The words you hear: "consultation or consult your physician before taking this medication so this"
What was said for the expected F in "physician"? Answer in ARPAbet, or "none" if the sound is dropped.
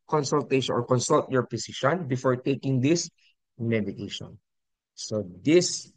P